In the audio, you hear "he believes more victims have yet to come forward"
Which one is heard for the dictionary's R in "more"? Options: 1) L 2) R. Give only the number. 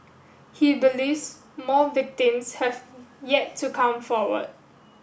1